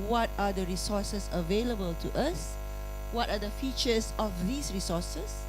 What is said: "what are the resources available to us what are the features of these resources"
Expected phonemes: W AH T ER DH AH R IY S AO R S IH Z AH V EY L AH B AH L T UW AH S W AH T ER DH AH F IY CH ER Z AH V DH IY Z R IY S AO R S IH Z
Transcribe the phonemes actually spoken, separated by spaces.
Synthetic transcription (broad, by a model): W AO T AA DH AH R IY S AO S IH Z AH V EY L AH B AH L T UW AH S W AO T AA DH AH F IY CH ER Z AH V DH IY S R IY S AO S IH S